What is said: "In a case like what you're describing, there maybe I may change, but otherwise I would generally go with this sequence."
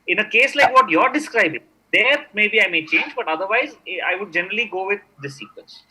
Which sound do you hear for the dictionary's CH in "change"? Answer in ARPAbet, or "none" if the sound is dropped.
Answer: CH